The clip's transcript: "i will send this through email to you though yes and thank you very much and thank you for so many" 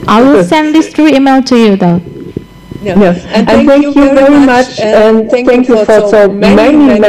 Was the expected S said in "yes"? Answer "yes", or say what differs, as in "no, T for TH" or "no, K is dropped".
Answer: no, S is dropped